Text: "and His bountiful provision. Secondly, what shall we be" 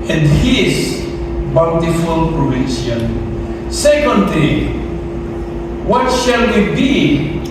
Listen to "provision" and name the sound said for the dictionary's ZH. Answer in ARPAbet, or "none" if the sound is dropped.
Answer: S